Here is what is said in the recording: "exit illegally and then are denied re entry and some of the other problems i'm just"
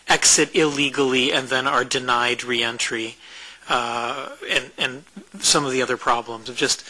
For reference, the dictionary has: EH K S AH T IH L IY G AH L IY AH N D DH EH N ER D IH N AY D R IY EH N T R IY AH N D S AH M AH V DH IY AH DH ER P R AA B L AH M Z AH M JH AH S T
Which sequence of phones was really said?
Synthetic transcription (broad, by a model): EH K S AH T IH L IY G L IY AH N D DH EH N ER D IH N AY D R IY EH N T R IY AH N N S AH M AH V DH IY AH DH ER P R AA B L AH M Z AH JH AH S T